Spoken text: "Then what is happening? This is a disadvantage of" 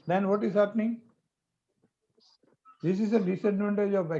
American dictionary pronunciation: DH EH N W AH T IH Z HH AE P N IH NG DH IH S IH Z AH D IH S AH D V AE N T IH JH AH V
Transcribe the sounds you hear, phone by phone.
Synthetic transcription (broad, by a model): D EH N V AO T IH Z HH AE P N IH NG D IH S IH Z AH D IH S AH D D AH N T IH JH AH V